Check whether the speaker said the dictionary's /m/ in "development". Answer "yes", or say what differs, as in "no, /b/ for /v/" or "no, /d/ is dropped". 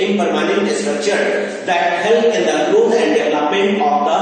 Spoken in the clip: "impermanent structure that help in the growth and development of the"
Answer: no, /m/ is dropped